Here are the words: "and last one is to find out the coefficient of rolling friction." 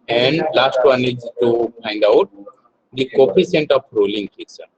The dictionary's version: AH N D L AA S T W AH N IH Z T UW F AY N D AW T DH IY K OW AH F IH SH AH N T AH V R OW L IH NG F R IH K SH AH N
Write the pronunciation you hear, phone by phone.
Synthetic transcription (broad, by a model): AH N D L AA S T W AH N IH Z T UW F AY N D AW T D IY K OW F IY S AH N T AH F R OW L IH NG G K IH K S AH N